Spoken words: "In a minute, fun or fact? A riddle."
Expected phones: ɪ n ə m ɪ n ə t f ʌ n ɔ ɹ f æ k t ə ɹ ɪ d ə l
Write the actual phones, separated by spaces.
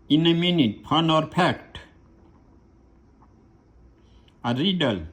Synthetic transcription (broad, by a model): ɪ n ə m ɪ n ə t p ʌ n ɔ ɹ p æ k t ə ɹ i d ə l